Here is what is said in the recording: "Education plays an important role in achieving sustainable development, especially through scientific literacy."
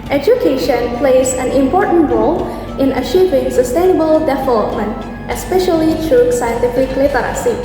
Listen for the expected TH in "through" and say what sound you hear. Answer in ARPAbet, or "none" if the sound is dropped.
T